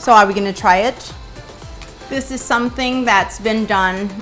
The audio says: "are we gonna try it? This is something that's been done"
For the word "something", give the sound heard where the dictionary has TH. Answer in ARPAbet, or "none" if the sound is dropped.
TH